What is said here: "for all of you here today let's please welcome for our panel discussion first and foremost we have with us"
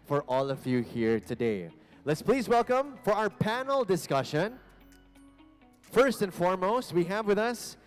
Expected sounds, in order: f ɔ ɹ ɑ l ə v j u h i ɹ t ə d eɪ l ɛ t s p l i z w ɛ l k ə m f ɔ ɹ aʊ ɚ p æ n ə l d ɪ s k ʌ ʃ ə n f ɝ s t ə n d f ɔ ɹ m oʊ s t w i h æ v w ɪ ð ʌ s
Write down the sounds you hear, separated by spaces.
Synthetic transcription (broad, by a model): f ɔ ɹ ɑ l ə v j u h i ɹ t ə d eɪ l ɛ t s p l i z w ɛ l k ə m f ɔ ɹ aʊ ɚ p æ n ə l d ɪ s k ʌ ʃ ə n f ɝ s t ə n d f ɔ ɹ m oʊ s t w i h æ v w ɪ ð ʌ s